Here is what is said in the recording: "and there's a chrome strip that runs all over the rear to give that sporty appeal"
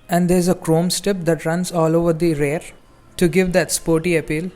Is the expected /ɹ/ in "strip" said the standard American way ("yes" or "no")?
no